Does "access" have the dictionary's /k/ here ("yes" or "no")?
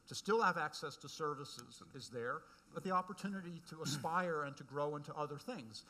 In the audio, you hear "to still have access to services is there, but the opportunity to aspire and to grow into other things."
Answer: yes